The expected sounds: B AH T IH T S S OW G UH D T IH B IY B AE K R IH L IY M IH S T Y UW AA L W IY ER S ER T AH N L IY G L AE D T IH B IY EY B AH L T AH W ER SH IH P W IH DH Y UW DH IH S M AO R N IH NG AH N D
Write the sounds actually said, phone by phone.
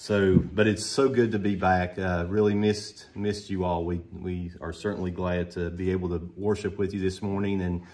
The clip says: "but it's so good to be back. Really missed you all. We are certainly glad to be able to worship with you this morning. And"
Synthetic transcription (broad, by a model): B AH T IH T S S OW G UH D T IH B IY B AE K R IH L IY M IH S T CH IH AA L W IY ER S ER T N L IY G L AE D T IH B IY EY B L T AH W ER SH IH P W IH DH Y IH DH IH S M AO R N IH NG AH N